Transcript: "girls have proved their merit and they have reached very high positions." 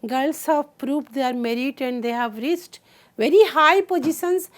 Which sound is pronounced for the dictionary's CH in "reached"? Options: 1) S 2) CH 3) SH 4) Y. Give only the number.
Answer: 1